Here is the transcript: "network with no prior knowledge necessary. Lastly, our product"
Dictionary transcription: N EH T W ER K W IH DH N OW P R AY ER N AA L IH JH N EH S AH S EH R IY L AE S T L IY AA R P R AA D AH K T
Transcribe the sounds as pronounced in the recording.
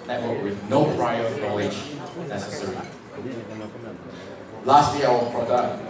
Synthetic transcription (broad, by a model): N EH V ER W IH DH N OW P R AY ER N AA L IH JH N EH S AH S EH R IY L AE S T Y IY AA L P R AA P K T